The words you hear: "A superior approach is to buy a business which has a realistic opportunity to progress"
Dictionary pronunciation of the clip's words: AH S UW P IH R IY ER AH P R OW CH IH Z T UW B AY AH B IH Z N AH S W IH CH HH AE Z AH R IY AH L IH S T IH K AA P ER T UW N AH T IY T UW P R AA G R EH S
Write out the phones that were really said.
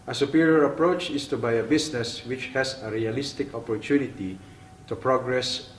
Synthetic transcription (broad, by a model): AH S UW P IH R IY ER AH P R OW CH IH S T UW B AY AH B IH S N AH S W IH CH HH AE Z AH R IY AH L IH S T IH K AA P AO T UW N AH T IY T UW P R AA G R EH S